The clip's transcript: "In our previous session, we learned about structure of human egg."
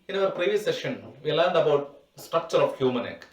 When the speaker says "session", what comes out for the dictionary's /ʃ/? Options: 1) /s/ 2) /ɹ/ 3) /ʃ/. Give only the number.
3